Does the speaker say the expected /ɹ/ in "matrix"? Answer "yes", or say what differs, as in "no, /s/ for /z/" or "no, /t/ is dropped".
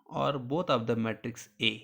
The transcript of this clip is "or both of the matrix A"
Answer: yes